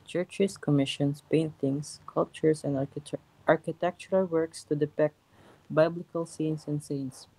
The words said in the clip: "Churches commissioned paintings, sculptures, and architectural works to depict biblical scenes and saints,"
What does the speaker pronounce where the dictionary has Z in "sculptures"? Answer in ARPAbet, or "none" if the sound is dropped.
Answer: S